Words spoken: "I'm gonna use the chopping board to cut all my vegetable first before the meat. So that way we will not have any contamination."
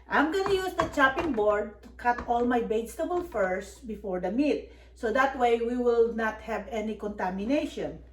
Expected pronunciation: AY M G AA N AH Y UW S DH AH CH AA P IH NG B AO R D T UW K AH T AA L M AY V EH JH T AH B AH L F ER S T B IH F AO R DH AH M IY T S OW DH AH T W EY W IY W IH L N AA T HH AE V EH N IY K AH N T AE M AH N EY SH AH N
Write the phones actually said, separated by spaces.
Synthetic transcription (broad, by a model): AY M G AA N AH Y UW S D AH CH AA P IH NG B AO R D T UW K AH T AA L M AY B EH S T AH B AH L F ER S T B IH F AO R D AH M IY T S OW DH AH T W EY W IY W IH L N AA T HH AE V EH N IY K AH N T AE M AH N EY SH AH N